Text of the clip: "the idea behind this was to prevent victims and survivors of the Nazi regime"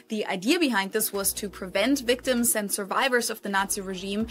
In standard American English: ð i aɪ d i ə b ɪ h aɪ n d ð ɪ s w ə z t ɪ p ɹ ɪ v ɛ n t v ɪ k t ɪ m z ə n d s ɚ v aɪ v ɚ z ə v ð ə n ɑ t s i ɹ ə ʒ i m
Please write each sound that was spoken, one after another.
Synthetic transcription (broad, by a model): ð i aɪ d i ə b ɪ h aɪ n d ð ɪ s w ə z t ɪ p ɹ ɪ v ɛ n t v ɪ k t ɪ m z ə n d s ɚ v aɪ v ɚ z ə v ð ə n ɑ t s i ɹ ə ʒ i m